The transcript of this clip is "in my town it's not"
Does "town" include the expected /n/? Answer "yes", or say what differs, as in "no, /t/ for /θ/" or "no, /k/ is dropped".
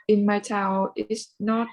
no, /l/ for /n/